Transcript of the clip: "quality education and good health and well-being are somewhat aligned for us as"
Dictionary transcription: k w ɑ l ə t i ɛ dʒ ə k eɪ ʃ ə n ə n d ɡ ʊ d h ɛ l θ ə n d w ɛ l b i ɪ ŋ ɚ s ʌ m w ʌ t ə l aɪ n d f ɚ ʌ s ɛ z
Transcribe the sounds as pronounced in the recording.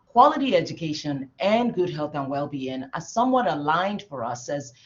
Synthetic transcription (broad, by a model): k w ɑ l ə t i ɛ dʒ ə k eɪ ʃ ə n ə n ɡ ʊ d h ɛ l θ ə n w ɛ l b i ɪ ŋ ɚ s ʌ m w ʌ t ə l aɪ n d f ɚ ʌ s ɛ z